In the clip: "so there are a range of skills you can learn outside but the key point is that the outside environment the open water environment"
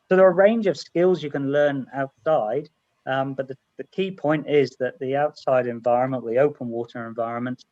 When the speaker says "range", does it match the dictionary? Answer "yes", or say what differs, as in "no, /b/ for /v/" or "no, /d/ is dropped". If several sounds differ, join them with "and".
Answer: yes